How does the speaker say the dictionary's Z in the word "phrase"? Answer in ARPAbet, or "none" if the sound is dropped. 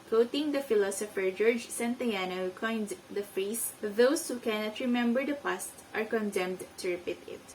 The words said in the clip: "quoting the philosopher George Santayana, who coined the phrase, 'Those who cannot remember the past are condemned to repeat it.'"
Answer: S